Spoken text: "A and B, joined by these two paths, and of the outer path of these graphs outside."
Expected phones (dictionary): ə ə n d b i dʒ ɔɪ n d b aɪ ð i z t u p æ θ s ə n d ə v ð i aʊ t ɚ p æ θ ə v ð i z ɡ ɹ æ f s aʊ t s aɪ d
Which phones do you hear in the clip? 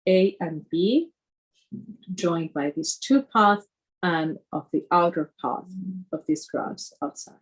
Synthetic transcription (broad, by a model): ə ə n b i dʒ ɔɪ n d b aɪ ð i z t u p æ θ ə n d ə v ð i aʊ t ɚ p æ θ ə v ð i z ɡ ɹ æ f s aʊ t s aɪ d